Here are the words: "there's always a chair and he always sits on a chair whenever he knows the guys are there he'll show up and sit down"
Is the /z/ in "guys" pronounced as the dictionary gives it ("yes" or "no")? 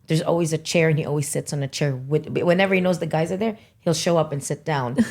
yes